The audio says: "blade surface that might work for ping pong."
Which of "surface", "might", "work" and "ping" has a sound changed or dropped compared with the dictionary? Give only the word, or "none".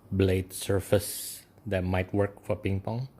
none